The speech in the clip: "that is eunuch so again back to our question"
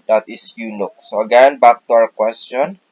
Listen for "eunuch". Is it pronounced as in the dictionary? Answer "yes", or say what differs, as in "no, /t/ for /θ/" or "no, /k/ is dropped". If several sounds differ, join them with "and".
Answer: no, /l/ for /n/